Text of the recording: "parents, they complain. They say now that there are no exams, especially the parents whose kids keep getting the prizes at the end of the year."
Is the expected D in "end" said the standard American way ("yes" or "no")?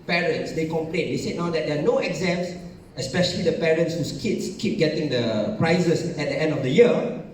yes